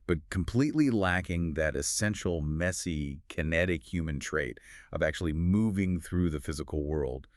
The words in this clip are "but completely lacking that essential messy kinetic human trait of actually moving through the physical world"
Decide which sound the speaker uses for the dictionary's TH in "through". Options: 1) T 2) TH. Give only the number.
2